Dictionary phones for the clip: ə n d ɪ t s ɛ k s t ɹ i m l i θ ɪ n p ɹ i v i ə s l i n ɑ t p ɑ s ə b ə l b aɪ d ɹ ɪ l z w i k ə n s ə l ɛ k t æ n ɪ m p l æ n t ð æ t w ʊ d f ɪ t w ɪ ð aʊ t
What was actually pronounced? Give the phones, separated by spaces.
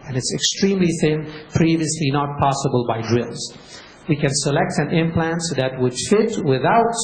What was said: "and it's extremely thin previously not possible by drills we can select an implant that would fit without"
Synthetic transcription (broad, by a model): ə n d ɪ t s ɛ k s t ɹ i m l i θ ɪ n p ɹ i v i ə s l i n ɑ t p ɑ s ə b ə l b aɪ d ɹ ɪ l z w i k ə n s ə l ɛ k t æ n ɪ m p l æ n t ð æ t w ʊ d f ɪ t w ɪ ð aʊ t